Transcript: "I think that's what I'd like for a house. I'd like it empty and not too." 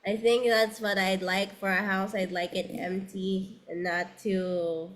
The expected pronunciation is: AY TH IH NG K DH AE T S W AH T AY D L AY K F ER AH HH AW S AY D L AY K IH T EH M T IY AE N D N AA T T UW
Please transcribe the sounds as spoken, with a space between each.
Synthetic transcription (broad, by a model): AY TH IH NG K DH AE T S W AH T AY D L AY K F ER AH HH AW S AY D L AY K IH T EH M T IY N N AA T T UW